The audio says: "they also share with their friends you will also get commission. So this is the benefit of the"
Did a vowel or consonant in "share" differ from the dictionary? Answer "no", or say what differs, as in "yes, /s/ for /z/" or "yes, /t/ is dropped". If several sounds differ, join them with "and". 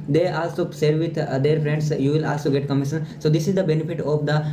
yes, /s/ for /ʃ/